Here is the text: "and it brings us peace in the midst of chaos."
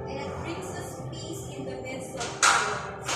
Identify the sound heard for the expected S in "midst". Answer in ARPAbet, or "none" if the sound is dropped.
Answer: none